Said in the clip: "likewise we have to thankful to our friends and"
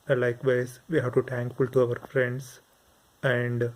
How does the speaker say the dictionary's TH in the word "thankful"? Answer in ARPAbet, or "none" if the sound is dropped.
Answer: T